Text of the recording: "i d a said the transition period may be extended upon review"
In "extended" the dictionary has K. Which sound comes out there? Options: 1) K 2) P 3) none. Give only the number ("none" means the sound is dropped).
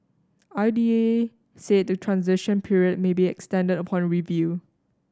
1